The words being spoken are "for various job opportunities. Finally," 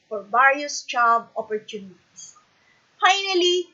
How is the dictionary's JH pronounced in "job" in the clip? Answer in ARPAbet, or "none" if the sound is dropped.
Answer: CH